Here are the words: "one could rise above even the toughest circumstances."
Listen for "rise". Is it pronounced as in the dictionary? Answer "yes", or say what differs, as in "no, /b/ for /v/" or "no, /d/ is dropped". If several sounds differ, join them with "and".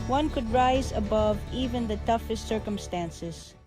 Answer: yes